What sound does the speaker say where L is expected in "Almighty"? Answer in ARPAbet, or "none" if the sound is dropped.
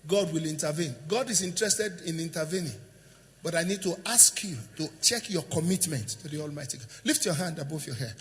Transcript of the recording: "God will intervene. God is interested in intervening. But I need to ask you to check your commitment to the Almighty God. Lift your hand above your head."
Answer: L